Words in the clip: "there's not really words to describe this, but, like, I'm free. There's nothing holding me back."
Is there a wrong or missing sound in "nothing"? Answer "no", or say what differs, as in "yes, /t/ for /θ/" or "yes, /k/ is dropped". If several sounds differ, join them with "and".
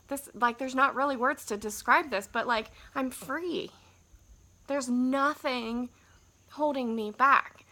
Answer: no